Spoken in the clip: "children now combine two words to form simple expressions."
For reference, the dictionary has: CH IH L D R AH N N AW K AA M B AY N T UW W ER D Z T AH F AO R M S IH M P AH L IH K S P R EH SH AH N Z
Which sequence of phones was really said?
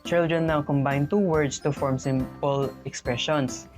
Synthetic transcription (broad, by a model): CH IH L D R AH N N AW K AA M B AY N T UW W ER D S T AH F AO R M S IH M P AH L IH K S P R EH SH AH N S